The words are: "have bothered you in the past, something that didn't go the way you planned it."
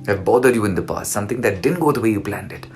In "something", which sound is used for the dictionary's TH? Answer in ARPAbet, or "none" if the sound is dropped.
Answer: T